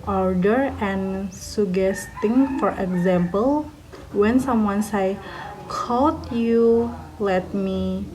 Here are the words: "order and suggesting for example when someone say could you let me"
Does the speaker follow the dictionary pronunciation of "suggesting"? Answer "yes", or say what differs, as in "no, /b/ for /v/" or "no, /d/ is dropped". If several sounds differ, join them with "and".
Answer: no, /dʒ/ is dropped